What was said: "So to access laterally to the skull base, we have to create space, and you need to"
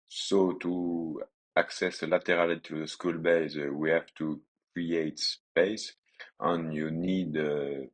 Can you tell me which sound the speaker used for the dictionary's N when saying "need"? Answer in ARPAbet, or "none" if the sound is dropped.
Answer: N